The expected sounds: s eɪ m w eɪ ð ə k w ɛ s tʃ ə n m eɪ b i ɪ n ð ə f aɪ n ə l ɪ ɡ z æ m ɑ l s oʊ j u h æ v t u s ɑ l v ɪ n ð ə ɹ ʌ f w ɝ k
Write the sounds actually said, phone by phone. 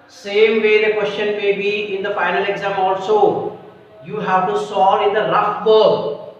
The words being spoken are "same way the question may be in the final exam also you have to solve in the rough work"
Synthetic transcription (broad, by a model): s eɪ m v eɪ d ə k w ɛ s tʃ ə n m eɪ b i ɪ n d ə f aɪ n ə l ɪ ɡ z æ m ɑ l s oʊ j u h æ v t u s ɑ l ɪ n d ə ɹ ʌ f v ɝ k